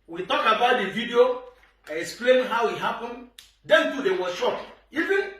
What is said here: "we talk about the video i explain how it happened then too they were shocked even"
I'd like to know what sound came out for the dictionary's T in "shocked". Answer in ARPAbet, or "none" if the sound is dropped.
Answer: none